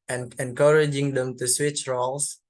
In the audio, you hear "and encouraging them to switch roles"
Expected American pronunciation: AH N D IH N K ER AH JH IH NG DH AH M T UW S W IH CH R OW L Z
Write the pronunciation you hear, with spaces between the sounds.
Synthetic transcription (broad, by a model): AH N IH N K ER AH JH IH NG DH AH M T UW S W IH CH R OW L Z